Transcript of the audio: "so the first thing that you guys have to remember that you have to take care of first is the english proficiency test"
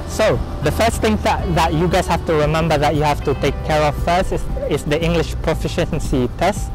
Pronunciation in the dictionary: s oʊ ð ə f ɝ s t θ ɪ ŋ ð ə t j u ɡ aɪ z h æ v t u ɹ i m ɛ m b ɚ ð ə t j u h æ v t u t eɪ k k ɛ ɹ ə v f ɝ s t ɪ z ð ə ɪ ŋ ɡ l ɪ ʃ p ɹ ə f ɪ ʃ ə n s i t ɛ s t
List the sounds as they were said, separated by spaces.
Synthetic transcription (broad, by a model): s oʊ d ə f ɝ s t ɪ ŋ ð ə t j u ɡ aɪ s h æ f t u ɹ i m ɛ m b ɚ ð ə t j u h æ f t u t eɪ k k ɛ ɹ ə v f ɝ s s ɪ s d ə ɪ ŋ ɡ l ɪ ʃ p ɹ ə f ɪ ʃ ə n s i t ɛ s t